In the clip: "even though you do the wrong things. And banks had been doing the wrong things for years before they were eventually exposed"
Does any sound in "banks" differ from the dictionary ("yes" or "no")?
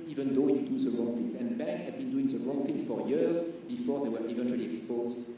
yes